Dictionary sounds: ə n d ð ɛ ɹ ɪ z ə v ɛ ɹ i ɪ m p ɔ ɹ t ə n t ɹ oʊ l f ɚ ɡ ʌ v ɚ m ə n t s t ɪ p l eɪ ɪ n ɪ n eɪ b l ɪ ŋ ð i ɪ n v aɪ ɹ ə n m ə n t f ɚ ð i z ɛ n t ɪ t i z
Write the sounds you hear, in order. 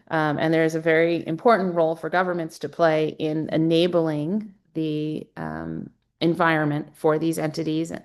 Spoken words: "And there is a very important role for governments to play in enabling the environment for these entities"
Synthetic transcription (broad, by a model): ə n ð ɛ ɹ ɪ z ə v ɛ ɹ i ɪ m p ɔ ɹ t n t ɹ oʊ l f ɚ ɡ ʌ v ɚ m ə n t s t ɪ p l eɪ ɪ n ɪ n eɪ b l ɪ ŋ ð i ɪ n v aɪ ɹ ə n m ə n t f ɚ ð i z ɛ n t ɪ t i z